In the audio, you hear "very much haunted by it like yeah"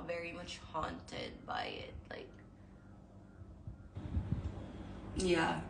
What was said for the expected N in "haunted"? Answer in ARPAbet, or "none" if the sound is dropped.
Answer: N